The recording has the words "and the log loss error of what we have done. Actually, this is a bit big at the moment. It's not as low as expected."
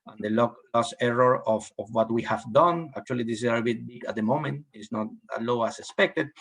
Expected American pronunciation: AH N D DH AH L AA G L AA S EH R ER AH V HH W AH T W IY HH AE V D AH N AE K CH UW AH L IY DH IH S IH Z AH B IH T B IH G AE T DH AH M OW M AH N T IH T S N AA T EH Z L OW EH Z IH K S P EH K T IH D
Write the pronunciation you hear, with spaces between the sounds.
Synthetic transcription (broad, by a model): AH N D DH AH L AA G L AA S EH R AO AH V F W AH T W IY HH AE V D AH N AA K CH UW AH L IY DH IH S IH S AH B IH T B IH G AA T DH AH M OW M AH N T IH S N AA T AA L OW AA S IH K S P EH K T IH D